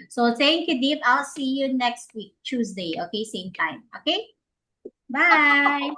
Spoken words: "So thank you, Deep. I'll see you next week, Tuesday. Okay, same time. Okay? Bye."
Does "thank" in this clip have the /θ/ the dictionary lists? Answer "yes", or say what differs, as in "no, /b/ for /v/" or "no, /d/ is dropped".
no, /s/ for /θ/